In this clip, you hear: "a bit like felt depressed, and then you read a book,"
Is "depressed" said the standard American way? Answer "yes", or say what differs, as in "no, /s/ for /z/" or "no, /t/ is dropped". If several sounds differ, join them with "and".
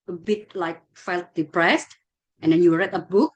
yes